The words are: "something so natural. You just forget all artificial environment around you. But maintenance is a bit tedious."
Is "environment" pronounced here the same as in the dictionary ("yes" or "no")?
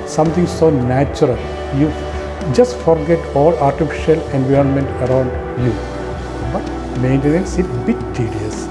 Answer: yes